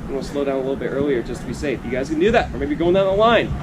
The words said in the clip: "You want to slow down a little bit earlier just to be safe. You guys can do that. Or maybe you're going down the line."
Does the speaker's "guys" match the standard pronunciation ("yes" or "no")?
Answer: yes